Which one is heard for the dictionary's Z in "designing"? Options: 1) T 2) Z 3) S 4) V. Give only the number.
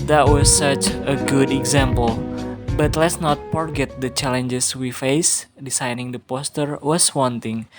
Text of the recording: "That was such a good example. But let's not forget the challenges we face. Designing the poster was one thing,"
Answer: 3